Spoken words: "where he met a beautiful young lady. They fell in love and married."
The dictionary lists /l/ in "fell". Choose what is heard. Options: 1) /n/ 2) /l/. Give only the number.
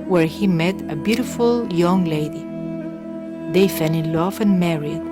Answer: 1